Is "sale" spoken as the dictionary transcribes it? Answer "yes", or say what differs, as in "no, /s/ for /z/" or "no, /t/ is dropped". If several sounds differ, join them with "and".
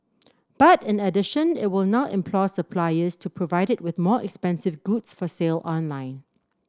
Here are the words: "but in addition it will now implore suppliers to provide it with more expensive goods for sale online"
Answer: yes